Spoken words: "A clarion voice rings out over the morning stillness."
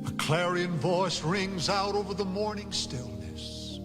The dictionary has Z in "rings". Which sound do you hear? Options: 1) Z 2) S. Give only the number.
1